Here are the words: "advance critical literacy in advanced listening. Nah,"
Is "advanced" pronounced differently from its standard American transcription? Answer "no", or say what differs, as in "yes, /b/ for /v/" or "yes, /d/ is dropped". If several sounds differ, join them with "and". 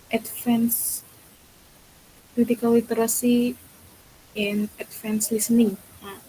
yes, /f/ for /v/